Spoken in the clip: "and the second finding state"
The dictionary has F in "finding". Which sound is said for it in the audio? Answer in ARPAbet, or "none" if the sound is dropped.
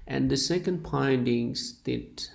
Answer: P